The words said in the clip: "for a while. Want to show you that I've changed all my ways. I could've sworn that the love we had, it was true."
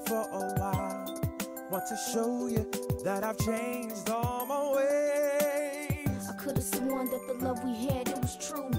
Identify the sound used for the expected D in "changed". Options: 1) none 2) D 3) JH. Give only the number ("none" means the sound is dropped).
2